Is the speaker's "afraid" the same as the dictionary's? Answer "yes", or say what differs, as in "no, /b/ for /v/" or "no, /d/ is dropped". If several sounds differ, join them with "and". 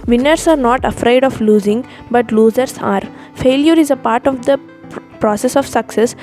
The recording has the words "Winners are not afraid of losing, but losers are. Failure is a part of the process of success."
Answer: yes